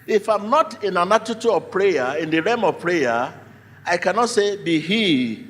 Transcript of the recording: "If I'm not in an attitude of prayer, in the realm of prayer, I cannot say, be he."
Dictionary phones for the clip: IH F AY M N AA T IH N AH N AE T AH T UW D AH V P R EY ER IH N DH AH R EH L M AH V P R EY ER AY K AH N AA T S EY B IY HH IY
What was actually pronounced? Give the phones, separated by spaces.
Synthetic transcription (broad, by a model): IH F AY M N AA T IH N AH N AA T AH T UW AH V P R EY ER IH N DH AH R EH M AH V P R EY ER AY K AH N AA T S EY B IY HH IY